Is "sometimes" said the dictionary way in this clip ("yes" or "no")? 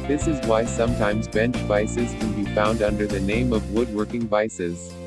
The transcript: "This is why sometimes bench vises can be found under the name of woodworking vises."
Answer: yes